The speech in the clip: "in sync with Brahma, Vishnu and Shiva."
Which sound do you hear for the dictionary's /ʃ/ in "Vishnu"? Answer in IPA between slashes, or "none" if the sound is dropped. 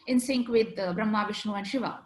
/ʃ/